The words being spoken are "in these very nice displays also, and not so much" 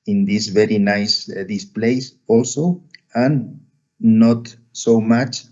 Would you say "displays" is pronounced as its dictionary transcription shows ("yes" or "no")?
no